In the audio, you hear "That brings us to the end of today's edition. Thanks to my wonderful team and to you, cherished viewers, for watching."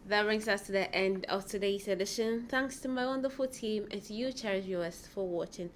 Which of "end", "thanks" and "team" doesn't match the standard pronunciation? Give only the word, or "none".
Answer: none